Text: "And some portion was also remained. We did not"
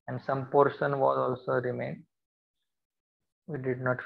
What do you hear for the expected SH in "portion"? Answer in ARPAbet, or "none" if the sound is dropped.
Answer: S